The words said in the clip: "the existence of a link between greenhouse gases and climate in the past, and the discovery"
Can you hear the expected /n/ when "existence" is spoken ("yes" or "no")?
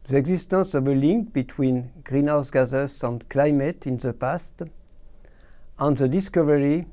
no